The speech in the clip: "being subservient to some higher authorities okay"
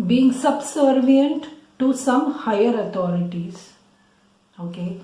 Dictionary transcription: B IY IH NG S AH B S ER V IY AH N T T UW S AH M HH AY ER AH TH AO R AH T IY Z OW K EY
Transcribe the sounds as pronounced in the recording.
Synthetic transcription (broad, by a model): B IY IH NG S AH B S ER V IY AH N T T UW S AH M HH AY ER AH T AO R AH T IY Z OW K EY